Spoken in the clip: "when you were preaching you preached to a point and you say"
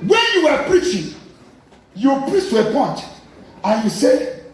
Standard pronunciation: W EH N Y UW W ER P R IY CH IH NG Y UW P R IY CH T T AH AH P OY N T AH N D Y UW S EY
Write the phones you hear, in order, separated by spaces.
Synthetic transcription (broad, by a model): W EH N Y UW W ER P R IY CH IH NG Y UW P R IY S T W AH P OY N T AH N Y UW S EY